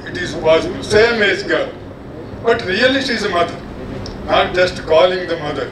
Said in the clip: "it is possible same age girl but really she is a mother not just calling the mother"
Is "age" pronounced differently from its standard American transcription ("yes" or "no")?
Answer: yes